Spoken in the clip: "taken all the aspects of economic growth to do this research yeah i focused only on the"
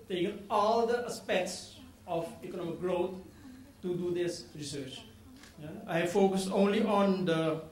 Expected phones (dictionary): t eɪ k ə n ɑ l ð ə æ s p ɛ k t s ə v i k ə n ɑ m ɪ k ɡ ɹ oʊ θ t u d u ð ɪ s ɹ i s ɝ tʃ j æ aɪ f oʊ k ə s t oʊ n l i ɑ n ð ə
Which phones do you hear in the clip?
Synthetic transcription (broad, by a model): t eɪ k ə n ɑ l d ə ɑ s p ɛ k t s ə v i k ə n ɑ m ɪ k ɡ ɹ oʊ t t u d u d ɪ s ɹ i s ɝ tʃ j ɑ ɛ f oʊ k ə s t oʊ n l i ɑ n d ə